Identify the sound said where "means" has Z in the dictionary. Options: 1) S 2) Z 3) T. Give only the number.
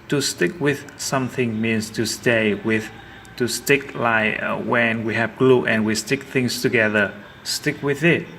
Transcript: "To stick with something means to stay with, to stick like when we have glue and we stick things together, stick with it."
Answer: 1